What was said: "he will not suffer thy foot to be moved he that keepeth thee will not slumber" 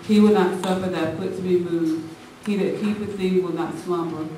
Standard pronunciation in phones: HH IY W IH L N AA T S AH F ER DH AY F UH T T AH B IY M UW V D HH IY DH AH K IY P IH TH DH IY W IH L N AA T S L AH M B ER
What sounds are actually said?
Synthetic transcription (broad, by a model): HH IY W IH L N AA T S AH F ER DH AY P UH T T AH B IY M UW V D HH IY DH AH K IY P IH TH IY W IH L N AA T S L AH M B ER